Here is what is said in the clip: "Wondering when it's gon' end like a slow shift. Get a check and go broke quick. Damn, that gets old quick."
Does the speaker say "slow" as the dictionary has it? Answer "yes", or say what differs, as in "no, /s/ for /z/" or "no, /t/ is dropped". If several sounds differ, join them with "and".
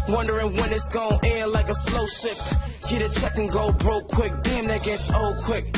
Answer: yes